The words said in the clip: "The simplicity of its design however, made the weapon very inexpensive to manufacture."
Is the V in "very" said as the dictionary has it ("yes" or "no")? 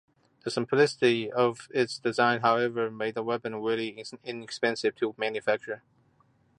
no